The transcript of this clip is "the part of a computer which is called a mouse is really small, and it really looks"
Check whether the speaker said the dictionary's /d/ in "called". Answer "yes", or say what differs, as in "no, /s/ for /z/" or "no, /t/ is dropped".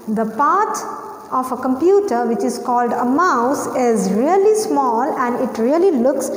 yes